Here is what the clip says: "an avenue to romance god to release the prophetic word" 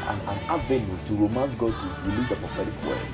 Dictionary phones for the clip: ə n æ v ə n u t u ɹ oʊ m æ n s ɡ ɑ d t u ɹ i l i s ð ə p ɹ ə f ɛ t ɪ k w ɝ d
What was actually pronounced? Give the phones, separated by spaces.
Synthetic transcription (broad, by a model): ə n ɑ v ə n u t u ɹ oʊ m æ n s ɡ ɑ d t u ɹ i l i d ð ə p ə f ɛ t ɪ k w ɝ